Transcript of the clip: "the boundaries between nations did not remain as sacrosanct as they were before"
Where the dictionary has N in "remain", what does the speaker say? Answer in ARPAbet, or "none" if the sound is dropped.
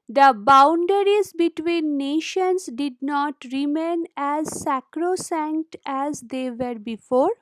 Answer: N